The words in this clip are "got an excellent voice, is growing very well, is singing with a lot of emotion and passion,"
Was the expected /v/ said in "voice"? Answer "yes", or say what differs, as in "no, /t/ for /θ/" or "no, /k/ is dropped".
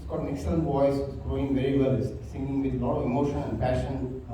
no, /b/ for /v/